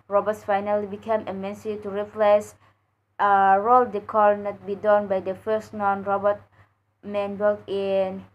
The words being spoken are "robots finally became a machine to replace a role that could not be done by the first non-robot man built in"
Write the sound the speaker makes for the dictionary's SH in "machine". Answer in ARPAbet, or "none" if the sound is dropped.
S